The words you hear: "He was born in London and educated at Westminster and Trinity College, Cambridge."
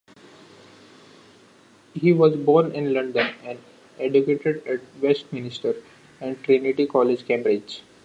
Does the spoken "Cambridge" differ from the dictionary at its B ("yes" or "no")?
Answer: yes